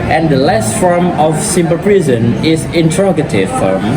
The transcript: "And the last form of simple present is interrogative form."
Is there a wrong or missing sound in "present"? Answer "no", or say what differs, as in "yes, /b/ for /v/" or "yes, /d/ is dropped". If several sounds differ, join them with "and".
yes, /t/ is dropped